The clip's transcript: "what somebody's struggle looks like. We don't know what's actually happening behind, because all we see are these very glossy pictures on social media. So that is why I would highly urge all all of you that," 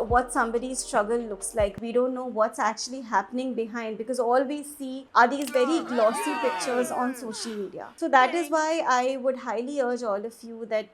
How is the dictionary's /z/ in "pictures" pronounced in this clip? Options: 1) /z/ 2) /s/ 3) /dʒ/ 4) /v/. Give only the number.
1